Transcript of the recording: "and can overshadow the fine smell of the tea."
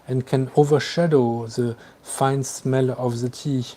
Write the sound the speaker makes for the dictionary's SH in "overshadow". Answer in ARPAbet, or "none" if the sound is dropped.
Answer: SH